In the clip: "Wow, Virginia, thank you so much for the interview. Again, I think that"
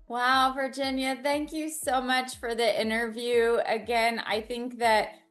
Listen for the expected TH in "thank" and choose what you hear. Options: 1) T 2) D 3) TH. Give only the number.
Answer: 3